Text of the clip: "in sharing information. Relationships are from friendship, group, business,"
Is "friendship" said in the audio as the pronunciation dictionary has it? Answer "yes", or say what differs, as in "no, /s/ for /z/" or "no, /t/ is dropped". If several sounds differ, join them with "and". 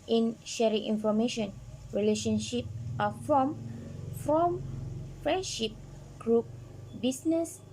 yes